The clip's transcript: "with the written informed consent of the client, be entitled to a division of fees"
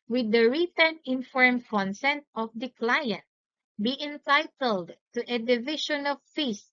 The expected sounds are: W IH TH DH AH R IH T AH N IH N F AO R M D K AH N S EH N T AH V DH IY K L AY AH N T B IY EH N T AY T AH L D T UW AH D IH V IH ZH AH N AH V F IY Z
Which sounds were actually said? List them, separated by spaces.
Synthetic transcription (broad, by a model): W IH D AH R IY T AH N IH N F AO R M K AH N S EH N T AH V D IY K L AY AH N T B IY EH N T AY T AH L D T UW AH D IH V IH SH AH N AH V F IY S